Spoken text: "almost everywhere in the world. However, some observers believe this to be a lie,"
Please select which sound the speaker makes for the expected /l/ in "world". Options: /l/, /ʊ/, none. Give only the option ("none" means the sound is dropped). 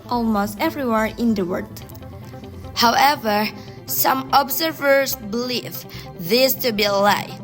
none